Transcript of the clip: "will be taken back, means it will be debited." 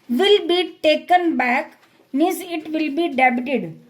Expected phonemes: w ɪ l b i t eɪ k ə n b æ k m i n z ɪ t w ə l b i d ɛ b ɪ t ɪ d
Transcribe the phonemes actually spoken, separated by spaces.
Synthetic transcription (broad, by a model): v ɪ l b i t eɪ k ə n b æ k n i z ɪ t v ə l b i d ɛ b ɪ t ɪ d